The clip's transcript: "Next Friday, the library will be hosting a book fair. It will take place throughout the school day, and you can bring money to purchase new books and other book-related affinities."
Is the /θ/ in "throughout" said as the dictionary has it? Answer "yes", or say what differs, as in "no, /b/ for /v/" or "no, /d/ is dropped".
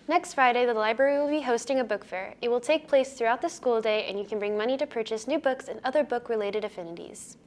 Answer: yes